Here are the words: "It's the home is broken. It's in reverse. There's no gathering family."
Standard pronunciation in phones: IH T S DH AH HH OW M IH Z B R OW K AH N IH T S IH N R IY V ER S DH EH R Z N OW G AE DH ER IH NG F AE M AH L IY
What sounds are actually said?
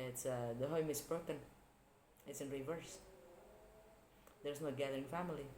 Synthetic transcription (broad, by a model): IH T S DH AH HH OW M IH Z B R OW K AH N IH T S IH N R IY V ER S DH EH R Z N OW G AE DH ER IH NG F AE M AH L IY